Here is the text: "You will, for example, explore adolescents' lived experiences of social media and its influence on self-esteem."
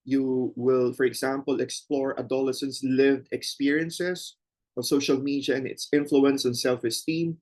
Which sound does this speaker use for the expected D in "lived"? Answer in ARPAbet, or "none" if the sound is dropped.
D